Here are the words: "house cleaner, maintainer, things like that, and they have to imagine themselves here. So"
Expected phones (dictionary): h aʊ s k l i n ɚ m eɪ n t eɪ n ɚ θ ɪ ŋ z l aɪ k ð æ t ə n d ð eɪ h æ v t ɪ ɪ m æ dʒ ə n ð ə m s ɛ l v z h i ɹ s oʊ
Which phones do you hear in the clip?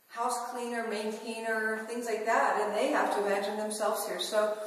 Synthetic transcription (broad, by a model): h aʊ s k l i n ɚ m eɪ n t eɪ n ɚ θ ɪ ŋ z l aɪ k ð æ t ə n ð eɪ h æ f t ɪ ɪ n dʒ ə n ð ə m s ɛ l v z h i ɹ s oʊ